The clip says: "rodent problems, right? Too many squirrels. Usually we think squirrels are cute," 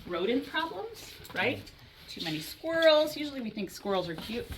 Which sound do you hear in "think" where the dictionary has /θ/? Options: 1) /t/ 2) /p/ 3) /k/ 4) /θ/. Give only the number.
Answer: 4